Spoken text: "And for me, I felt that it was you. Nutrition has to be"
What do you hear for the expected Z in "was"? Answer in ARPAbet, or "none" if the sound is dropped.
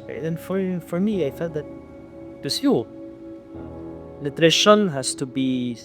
S